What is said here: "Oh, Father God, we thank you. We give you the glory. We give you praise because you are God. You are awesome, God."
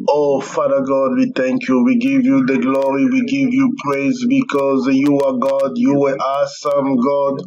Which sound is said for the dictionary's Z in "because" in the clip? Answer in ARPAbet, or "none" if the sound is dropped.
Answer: Z